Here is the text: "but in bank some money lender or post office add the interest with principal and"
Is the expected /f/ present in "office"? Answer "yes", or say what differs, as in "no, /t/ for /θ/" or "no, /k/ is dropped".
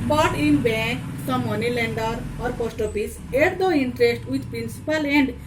no, /p/ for /f/